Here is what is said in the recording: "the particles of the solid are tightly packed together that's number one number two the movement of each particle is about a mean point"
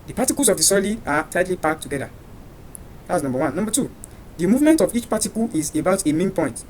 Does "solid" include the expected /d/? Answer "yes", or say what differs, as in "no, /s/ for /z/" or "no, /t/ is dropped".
no, /d/ is dropped